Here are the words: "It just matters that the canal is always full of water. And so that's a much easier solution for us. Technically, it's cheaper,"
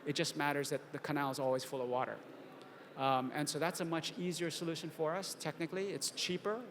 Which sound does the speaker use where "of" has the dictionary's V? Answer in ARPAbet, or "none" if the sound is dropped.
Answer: V